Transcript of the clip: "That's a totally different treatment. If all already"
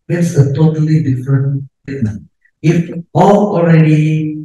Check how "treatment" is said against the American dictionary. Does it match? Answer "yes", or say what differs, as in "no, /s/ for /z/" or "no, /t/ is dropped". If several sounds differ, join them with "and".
no, /ɹ/ is dropped